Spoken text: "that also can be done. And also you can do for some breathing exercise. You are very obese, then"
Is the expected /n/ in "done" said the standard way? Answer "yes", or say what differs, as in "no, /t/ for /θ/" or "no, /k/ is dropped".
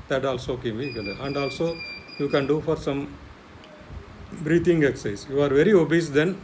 no, /l/ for /n/